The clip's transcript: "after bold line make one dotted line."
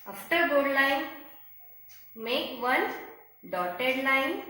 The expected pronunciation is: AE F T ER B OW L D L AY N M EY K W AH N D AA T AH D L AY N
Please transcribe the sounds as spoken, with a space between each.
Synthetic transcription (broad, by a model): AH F T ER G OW D L AY N M EY K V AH N D AA T AH D L AY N